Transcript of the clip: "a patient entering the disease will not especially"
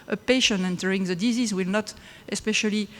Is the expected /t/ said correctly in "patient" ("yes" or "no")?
no